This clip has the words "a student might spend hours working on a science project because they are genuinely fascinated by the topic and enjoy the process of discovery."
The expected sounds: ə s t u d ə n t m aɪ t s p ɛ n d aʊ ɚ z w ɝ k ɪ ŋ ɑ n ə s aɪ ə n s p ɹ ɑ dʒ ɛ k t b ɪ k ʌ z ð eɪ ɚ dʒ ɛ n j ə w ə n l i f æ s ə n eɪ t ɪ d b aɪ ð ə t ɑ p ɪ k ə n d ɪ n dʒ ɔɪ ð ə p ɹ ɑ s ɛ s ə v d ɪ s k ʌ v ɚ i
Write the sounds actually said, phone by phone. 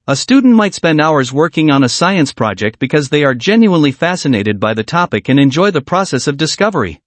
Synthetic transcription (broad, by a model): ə s t u d n t m aɪ t s p ɛ n d aʊ ɚ z w ɝ k ɪ ŋ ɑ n ə s aɪ ə n s p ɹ ɑ dʒ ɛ k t b ɪ k ʌ z ð eɪ ɚ dʒ ɛ n j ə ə n l i f æ s ə n eɪ t ɪ d b aɪ ð ə t ɑ p ɪ k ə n ɪ n dʒ ɔɪ ð ə p ɹ ɑ s ɛ s ə v d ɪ s k ʌ v ɚ i